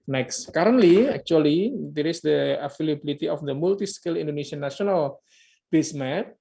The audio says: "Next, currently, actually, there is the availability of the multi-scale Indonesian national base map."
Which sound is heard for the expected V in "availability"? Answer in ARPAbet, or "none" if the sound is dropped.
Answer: F